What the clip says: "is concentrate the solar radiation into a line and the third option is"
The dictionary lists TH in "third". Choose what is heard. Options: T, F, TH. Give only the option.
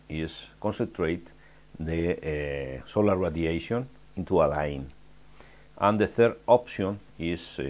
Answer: TH